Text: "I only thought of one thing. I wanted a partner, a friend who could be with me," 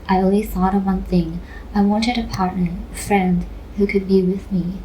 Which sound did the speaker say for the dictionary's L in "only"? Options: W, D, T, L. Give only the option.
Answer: W